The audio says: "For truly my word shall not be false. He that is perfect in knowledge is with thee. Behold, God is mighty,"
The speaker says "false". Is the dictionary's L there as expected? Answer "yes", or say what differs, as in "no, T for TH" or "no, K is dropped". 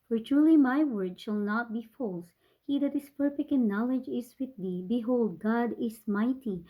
yes